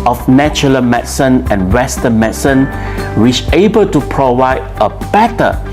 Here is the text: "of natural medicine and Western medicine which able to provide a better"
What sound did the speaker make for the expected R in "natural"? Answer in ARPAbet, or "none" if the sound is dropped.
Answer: none